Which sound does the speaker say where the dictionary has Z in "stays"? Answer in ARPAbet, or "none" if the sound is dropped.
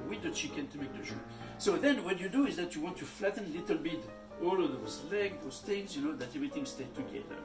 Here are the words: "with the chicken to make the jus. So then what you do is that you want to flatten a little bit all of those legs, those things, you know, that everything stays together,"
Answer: none